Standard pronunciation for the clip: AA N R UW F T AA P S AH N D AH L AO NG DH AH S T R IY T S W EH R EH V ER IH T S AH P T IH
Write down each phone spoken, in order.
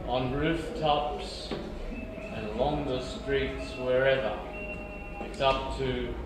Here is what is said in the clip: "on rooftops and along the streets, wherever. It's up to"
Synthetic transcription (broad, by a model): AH N R UW F T AA P S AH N AH L AO NG DH AH S T R IY T S W EH R EH V ER IH T S AH P T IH